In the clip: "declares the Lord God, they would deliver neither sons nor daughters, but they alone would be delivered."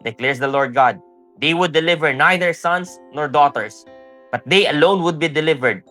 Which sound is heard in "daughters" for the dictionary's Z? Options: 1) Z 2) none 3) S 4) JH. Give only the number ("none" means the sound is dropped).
3